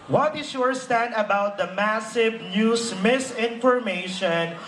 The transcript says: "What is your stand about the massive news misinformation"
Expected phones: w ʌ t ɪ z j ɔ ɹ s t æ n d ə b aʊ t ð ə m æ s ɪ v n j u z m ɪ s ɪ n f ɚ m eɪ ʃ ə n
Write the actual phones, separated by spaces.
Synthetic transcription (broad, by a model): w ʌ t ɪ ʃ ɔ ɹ s t æ n d ə b aʊ t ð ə m æ s ɪ v n j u s m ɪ s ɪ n f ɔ m eɪ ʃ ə n